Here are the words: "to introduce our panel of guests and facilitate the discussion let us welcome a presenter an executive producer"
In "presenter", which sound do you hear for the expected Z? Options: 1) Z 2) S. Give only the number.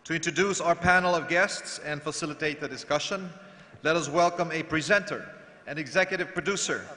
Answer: 1